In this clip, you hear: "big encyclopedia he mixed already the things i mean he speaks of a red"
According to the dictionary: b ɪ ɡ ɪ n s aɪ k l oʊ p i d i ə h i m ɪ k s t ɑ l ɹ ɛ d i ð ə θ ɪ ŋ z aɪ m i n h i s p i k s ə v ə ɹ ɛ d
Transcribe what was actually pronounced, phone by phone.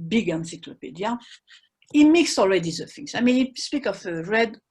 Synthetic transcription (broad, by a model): b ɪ ɡ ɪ n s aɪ k l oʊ p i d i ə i m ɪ k s ɑ l ɹ ɛ d i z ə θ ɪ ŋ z aɪ m i n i s p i k ə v ə ɹ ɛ d